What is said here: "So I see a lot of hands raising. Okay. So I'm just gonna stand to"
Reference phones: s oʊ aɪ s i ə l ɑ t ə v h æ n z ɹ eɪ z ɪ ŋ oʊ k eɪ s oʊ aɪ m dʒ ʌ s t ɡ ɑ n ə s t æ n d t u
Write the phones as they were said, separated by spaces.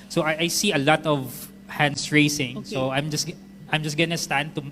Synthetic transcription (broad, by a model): s oʊ aɪ s i ə l ɑ t ə v h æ n s ɹ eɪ s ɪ ŋ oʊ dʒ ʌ s aɪ m dʒ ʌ s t ɡ ɑ n ə s t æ n d t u